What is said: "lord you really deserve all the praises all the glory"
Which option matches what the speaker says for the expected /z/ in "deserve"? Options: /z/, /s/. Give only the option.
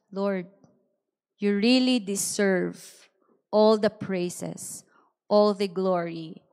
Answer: /s/